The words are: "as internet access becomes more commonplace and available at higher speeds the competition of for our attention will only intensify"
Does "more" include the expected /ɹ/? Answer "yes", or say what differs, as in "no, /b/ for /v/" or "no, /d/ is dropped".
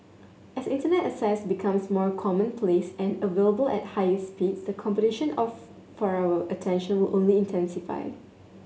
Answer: yes